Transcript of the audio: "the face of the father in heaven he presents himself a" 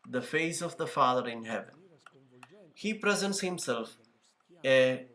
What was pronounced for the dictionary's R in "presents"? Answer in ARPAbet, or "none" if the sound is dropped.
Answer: R